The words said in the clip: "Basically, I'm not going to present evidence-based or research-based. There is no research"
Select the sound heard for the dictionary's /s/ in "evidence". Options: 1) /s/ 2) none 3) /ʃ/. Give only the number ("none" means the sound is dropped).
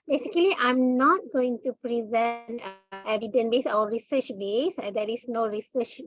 2